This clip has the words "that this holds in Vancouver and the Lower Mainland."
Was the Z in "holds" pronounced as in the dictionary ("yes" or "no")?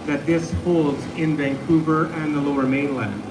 yes